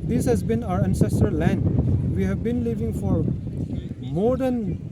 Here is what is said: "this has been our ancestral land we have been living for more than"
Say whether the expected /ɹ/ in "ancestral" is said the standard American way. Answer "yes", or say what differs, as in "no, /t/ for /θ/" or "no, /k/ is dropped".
no, /ɹ/ is dropped